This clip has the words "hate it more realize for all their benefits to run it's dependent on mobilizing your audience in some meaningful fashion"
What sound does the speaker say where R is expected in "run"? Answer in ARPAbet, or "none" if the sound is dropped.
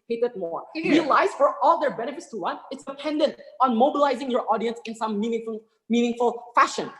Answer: W